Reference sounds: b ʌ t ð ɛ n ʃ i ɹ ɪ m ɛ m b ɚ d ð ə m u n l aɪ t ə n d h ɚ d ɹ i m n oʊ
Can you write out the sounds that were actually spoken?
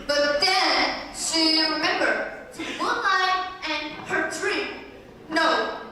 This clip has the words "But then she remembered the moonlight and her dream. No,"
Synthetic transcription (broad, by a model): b ʌ t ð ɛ n ʃ i ɹ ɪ m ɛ m b ɚ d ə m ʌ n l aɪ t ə n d h ɚ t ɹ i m n oʊ